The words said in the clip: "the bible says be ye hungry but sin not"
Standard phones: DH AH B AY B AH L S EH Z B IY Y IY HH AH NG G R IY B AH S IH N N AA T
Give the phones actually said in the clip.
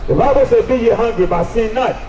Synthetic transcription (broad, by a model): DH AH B AY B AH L S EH B IY Y IY HH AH NG G R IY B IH S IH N N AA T